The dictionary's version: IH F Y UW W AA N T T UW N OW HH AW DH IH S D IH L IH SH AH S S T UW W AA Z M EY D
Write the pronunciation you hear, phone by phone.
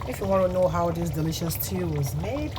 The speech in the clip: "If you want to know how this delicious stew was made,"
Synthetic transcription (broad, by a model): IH F Y UW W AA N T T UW N OW HH AW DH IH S D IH L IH SH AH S S T UW W AA Z M EY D